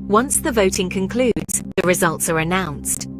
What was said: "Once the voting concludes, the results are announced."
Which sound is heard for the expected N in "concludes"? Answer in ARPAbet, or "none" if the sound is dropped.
N